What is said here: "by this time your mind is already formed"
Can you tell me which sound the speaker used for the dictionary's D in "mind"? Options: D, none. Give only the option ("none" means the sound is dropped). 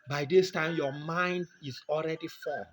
D